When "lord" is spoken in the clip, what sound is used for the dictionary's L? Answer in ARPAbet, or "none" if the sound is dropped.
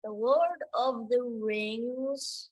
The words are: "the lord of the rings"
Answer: W